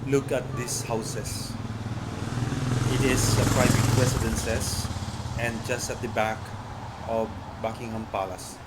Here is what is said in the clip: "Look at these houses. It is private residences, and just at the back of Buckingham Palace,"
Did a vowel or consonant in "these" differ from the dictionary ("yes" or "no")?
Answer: yes